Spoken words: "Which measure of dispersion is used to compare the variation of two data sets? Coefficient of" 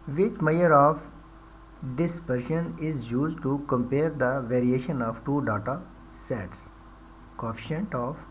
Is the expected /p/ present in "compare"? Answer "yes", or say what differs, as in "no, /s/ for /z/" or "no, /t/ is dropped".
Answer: yes